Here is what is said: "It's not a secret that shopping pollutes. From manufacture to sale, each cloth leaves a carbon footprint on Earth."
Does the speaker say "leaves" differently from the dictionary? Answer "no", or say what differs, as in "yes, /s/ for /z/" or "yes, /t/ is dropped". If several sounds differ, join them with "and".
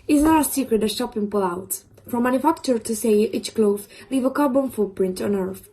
yes, /z/ is dropped